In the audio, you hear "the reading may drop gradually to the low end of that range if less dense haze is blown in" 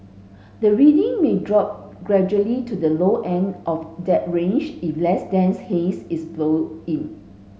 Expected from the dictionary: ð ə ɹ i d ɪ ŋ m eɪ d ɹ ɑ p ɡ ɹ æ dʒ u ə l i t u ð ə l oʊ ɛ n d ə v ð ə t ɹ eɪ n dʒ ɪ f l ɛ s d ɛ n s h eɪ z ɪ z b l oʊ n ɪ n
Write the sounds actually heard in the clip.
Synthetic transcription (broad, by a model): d ə ɹ i d ɪ ŋ m eɪ d ɹ ɑ p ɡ ɹ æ dʒ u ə l i t u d ə l oʊ ɛ n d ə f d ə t ɹ eɪ n dʒ ɪ f l ɛ s d ɛ n s h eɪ s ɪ s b l oʊ ɪ n